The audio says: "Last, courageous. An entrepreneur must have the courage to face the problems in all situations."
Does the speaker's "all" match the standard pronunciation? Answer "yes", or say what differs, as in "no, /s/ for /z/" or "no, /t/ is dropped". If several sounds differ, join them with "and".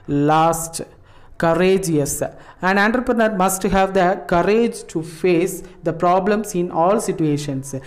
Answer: yes